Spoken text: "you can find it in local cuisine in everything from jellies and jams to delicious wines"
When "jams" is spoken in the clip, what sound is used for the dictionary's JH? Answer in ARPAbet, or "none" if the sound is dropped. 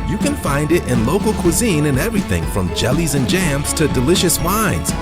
JH